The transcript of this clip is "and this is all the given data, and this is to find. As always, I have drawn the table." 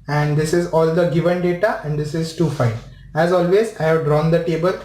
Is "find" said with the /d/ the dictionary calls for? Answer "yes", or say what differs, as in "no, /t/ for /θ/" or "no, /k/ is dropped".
no, /d/ is dropped